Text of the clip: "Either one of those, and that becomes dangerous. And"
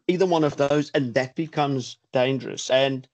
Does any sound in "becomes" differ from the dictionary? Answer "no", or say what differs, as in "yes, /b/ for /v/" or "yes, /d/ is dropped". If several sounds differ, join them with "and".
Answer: no